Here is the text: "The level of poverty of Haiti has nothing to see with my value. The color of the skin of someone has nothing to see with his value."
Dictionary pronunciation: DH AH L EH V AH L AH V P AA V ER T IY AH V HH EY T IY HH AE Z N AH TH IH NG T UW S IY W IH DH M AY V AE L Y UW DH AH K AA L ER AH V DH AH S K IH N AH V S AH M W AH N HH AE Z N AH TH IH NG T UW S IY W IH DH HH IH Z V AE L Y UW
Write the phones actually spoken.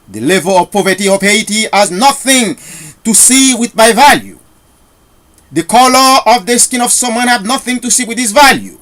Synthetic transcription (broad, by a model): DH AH L EH V AH L AH V P AA V ER T IY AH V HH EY T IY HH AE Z N AH TH IH NG T UW S IY W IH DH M AY V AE L Y UW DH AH K AA L ER AH V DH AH S K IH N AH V S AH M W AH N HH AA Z N AH TH IH NG T UW S IY W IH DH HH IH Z V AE L Y UW